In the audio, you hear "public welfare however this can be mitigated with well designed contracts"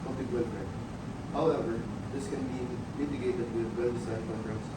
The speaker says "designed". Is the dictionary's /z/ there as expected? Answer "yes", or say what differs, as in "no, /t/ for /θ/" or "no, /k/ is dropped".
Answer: no, /s/ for /z/